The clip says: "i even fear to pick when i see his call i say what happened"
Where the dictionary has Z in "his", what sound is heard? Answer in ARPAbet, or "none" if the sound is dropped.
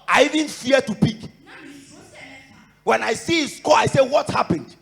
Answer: S